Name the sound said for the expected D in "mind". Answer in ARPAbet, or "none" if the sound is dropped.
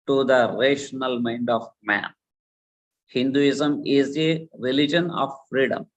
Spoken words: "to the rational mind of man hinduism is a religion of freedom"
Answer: D